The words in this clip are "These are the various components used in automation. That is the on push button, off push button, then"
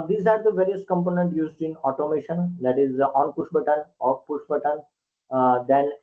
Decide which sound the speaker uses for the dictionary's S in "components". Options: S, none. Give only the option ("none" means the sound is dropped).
none